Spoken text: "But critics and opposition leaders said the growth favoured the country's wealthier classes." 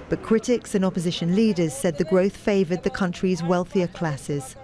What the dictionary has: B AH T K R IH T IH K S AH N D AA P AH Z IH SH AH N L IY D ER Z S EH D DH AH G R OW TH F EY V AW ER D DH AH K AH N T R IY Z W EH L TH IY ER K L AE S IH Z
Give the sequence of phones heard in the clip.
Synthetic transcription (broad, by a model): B AH T K R IH T IH K S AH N AA P AH Z IH SH AH N L IY D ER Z S EH D DH AH G R OW TH F EY V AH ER D DH AH K AH N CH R IY Z W EH L TH IY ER K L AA S IH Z